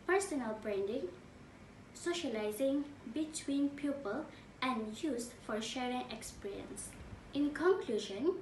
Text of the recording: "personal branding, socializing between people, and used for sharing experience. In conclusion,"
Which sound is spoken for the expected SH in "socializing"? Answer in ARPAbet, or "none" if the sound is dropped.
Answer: SH